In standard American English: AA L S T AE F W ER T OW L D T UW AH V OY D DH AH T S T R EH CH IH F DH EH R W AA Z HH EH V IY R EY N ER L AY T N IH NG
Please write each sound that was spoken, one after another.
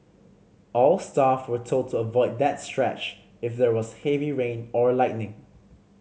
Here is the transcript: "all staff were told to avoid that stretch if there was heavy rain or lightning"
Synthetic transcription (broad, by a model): AA L S T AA F W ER T OW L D T UW AH V OY D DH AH T S T R EH CH IH F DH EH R W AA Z HH EH V IY R EY N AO L AY T N IH NG